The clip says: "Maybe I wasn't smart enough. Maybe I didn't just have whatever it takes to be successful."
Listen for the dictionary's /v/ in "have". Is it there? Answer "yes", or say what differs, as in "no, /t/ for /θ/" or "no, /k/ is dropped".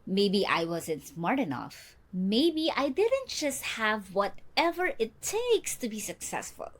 yes